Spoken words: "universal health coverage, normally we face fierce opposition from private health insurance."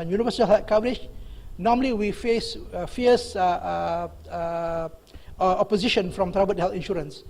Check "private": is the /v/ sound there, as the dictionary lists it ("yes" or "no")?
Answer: no